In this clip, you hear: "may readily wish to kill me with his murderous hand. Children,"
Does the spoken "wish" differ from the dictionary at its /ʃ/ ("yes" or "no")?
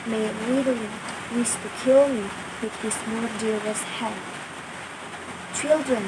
yes